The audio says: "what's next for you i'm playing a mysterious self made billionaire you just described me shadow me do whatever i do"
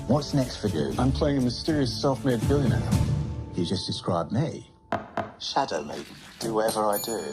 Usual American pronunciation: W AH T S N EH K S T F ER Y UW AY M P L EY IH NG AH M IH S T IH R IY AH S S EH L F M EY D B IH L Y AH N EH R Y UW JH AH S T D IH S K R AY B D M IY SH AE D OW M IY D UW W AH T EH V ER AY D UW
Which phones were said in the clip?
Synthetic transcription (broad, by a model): W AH T S N EH K S T F ER Y UW AY M P L EY IH NG AH M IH S T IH R IY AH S S EH L F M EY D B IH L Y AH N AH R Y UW JH AH S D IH S K R AY B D M IY SH AE D OW M IY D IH W AH T EH V ER AY D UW